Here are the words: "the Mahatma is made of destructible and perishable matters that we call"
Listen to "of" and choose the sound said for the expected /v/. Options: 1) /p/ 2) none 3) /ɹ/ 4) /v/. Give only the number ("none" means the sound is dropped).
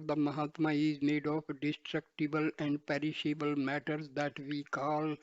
1